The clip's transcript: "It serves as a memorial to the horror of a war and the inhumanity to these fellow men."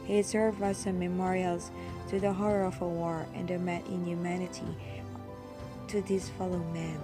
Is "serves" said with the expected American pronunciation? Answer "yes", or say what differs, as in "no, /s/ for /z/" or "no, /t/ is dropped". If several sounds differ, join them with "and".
no, /z/ is dropped